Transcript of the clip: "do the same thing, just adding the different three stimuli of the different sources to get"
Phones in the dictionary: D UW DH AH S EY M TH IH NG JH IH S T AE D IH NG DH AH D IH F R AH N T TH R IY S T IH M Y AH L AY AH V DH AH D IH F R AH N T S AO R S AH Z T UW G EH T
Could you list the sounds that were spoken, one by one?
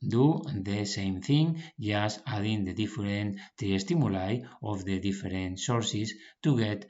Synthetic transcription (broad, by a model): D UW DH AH S EY M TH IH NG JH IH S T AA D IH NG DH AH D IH F R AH N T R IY S T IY M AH L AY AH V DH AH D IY F R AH N T S AO R S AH S T UW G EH T